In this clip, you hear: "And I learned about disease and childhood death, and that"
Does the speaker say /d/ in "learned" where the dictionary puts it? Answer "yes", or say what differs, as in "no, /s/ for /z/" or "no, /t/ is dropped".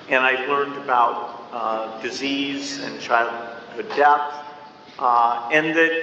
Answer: yes